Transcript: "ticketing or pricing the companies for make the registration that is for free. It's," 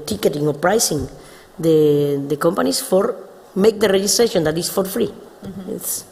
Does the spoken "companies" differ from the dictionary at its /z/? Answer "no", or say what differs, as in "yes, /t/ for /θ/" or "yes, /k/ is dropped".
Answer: yes, /s/ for /z/